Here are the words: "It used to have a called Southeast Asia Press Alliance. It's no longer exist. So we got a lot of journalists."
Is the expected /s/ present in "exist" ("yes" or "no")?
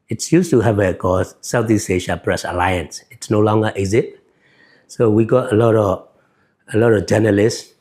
no